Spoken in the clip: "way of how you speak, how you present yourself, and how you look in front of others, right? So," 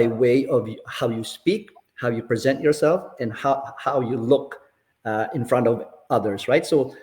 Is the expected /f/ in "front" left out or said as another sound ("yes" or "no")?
no